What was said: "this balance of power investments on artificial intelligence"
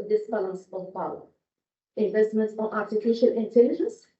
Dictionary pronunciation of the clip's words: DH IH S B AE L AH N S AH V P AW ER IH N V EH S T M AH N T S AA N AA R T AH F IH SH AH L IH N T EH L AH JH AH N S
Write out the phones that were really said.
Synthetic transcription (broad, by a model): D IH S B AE L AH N S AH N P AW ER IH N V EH S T M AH N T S AA N AA R T AH F IH SH AH L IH N T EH L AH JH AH N S